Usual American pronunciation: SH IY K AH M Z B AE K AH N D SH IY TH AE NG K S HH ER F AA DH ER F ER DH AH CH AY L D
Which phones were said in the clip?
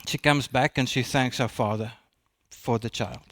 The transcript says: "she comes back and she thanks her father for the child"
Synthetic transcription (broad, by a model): SH IY K AH M Z B AE K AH N SH IY TH AE NG K S HH ER F AA DH ER F ER DH AH CH AY L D